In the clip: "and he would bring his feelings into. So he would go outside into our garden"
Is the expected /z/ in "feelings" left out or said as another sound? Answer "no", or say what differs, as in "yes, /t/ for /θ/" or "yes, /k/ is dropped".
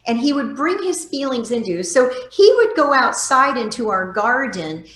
no